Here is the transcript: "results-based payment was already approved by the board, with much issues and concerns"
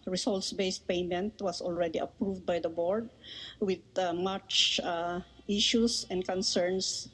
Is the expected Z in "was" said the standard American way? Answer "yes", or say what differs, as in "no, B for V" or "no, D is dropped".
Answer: no, S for Z